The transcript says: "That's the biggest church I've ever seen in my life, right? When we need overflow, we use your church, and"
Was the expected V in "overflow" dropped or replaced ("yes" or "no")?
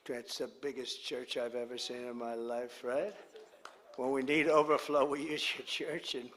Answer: no